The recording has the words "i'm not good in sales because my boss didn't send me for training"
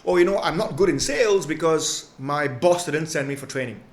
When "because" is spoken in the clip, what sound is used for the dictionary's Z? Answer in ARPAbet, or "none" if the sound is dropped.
Z